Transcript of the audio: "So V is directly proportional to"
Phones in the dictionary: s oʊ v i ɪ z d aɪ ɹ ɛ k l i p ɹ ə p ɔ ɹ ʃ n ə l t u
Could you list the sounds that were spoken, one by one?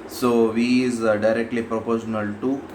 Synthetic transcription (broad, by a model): s oʊ v i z d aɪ ɹ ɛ k l i p ɹ ə p ɔ ɹ ʃ n ə l t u